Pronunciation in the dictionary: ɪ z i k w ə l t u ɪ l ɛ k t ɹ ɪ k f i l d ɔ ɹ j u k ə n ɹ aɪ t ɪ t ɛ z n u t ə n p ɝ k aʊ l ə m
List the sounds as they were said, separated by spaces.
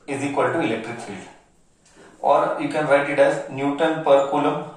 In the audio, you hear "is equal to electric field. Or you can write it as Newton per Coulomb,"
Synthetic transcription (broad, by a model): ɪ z i k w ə l t u ɪ l ɛ k t ɹ ɪ k f i l d ɔ ɹ j u k ə n ɹ aɪ t ɪ t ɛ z n u t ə n p ɝ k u l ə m